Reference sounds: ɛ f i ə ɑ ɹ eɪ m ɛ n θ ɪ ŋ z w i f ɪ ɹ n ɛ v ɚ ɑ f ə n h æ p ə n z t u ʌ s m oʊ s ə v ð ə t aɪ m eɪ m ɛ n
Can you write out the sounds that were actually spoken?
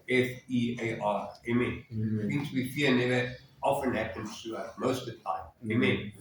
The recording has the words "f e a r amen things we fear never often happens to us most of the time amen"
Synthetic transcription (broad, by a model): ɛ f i ə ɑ eɪ m ɛ n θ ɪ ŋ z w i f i n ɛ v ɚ ɑ f ə n h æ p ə n t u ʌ m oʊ ə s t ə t aɪ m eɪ m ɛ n